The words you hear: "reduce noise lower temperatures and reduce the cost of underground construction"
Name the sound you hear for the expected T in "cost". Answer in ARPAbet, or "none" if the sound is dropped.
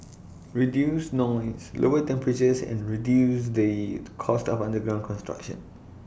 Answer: T